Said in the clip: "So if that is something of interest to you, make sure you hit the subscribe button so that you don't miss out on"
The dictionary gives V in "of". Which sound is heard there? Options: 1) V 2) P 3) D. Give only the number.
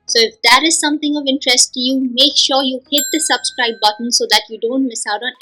1